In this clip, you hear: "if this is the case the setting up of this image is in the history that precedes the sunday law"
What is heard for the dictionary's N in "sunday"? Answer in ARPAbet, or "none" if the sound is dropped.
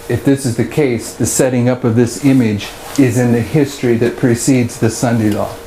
N